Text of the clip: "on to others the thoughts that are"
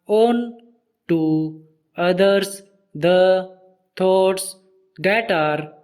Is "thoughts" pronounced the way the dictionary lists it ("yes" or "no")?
no